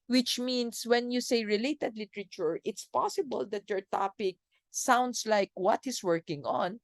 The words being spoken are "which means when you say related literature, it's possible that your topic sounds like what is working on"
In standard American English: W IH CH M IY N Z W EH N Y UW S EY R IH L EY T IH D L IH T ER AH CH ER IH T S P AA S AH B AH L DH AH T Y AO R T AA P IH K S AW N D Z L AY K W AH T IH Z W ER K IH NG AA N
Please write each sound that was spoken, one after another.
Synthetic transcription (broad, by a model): W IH CH M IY N S W EH N Y UW S EY R IH L EY T IH D L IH T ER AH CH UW IH T S P AA S AH B AH L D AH T Y AO R T AA P IH K S AW N D S L AY K W AH T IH S W ER K IH NG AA N